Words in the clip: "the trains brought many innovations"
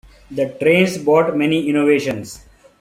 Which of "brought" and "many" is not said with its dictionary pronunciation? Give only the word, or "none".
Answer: brought